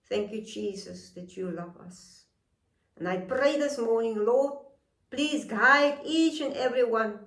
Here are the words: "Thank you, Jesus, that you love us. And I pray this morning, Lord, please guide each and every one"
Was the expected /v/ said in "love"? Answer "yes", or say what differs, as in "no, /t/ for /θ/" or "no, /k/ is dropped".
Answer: yes